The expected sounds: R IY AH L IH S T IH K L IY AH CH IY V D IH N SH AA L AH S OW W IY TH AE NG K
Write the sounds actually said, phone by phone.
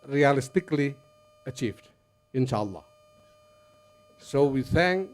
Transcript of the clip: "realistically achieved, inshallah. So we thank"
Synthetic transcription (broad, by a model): R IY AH L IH S T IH K L IY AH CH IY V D IH N SH AA L AH S OW W IY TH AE NG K